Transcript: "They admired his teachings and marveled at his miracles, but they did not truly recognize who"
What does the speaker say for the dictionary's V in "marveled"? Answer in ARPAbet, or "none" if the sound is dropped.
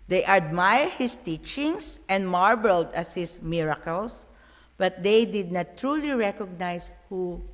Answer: B